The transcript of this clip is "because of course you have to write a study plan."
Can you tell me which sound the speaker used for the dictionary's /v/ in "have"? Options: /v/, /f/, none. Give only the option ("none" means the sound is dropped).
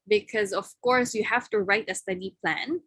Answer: /f/